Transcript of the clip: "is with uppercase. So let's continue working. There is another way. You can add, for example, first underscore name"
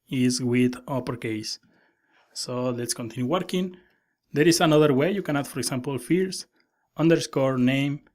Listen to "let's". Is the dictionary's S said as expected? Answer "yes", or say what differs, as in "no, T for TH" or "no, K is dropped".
yes